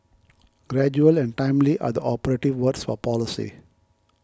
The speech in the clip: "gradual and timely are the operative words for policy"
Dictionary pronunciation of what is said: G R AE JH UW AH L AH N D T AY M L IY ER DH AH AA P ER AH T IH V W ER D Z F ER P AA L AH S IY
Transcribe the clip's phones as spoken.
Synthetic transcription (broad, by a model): G R AE JH UW AH L AH N D T AY M L IY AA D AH AA P ER AH T IH V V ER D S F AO P AA L AH S IY